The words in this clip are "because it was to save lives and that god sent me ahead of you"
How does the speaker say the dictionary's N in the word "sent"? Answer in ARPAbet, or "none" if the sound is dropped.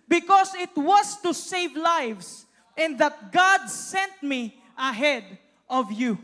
N